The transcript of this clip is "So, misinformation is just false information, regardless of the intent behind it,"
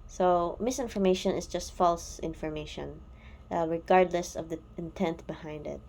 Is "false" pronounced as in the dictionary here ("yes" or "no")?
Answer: yes